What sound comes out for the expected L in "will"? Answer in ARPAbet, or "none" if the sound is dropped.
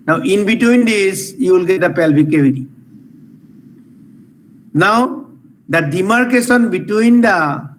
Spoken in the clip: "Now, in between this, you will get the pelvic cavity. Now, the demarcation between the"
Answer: L